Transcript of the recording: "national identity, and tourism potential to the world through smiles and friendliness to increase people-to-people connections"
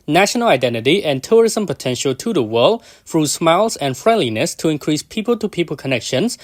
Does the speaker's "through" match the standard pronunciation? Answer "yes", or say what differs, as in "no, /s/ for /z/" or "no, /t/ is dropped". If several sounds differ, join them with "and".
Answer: no, /f/ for /θ/